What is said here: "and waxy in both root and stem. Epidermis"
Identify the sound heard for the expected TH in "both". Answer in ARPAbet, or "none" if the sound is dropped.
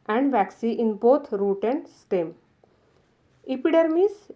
T